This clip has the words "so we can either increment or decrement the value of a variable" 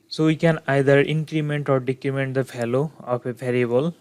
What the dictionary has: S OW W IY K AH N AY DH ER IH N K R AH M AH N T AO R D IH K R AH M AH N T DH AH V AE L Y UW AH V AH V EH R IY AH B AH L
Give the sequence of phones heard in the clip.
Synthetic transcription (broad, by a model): S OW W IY K AH N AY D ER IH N K R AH M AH N T AO R D IH K R AH M AH N T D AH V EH L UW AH P AH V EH R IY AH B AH L